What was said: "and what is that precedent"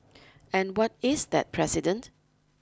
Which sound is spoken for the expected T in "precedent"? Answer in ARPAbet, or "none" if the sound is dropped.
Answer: T